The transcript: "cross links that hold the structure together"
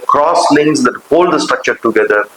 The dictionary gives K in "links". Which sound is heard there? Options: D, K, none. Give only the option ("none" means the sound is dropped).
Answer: none